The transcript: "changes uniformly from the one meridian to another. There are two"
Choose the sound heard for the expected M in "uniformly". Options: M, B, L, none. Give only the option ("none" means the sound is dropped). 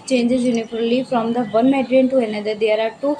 none